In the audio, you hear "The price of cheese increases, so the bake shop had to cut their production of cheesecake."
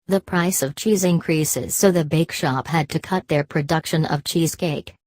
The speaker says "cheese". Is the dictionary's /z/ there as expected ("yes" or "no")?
yes